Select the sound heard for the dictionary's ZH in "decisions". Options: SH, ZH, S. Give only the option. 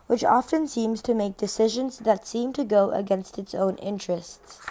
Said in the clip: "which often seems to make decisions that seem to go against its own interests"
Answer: ZH